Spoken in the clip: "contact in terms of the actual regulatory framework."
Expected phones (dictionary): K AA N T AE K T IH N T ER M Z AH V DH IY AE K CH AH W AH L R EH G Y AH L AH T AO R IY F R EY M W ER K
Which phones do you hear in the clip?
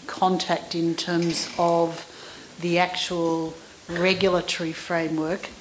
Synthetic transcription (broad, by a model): K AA N T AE K T IH N T ER M Z AH V DH IY AE K CH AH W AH L R EH G Y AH L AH T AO R IY F R EY M W ER K